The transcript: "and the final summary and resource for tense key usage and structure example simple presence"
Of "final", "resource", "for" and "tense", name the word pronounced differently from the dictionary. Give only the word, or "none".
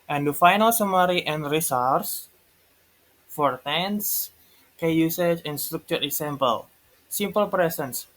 none